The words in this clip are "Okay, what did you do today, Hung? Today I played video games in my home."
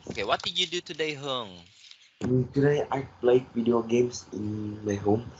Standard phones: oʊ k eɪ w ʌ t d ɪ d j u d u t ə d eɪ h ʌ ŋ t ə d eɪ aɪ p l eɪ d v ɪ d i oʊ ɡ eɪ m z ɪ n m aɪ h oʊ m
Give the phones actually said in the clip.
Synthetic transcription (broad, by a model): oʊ k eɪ w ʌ t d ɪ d j u d u t ə d eɪ h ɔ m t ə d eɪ aɪ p l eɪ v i d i oʊ ɡ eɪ m s ɪ n m aɪ h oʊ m